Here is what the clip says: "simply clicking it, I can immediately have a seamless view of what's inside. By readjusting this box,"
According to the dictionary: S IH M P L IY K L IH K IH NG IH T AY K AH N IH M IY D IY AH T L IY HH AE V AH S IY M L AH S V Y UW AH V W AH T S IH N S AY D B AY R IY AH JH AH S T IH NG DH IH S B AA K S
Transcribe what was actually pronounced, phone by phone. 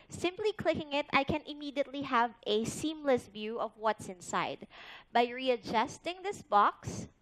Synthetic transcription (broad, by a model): S IH M P L IY K L IH K IH NG IH T AY K AH N IH M IY D IY AH T L IY HH AE V AH S IY M L AH S V Y UW AH V W AH T S IH N S AY D B AY R IY AH JH AH S T IH NG DH IH S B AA K S